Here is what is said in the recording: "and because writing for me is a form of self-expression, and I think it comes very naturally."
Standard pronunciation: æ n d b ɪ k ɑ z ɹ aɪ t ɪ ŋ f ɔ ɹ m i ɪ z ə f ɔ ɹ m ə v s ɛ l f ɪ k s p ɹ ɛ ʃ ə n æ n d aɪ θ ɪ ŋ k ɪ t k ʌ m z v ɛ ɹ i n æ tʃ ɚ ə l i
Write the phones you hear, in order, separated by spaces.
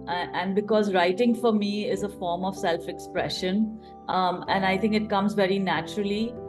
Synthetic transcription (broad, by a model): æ n d b ɪ k ɑ z ɹ aɪ t ɪ ŋ f ɔ ɹ m i ɪ z ə f ɔ ɹ m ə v s ɛ l f ɪ k s p ɹ ɛ ʃ ə n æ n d aɪ t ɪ ŋ k ɪ t k ʌ m z v ɛ ɹ i n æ tʃ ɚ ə l i